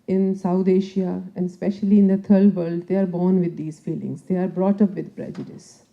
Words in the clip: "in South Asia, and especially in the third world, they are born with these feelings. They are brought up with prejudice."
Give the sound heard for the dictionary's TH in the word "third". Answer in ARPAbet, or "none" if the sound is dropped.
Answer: T